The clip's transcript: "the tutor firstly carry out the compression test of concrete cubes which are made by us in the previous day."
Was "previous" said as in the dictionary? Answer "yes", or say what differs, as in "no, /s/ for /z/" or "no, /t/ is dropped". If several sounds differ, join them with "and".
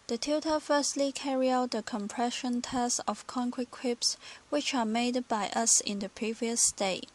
yes